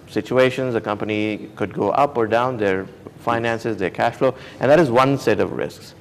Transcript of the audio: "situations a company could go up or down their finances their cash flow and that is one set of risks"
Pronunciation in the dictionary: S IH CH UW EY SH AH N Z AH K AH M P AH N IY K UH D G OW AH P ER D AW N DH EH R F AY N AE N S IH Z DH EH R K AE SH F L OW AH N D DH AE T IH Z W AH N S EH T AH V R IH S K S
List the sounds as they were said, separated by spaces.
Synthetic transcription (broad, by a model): S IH CH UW EY SH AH N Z AH K AH M P AH N IY K UH D G OW AH P ER D AW N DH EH R F AY N AE N S IH Z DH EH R K AE SH F L OW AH N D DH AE T IH Z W AH N S EH T AH V R IH S K S